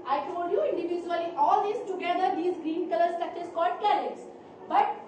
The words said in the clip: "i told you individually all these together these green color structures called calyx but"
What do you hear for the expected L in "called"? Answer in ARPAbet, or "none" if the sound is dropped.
L